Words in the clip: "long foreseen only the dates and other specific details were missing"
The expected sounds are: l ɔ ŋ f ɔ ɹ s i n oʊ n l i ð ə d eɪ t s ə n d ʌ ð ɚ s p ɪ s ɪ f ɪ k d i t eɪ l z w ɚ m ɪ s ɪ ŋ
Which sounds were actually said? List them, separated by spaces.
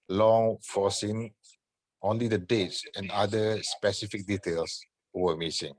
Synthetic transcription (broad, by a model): l ɔ ŋ f ɔ s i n oʊ n l i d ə d eɪ t s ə n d ʌ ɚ s p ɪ s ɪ f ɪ k d i t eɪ l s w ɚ m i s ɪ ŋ